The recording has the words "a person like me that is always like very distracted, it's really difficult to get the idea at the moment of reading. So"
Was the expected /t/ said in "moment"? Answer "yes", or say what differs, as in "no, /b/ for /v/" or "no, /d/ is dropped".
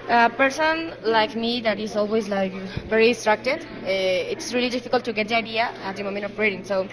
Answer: no, /t/ is dropped